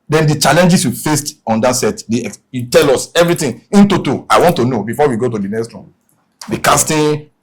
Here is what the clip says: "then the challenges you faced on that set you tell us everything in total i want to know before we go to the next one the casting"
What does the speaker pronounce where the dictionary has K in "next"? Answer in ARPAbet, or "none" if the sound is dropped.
K